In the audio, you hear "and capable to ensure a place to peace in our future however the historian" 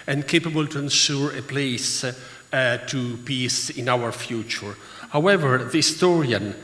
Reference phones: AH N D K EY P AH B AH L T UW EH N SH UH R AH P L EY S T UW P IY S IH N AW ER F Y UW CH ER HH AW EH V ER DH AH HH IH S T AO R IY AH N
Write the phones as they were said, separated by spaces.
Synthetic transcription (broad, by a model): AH N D K EY P AH B AH L T UW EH N S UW R AH P L EY S T UW P IY S IH N AW ER F Y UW CH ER HH AW EH V ER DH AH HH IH S T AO R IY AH N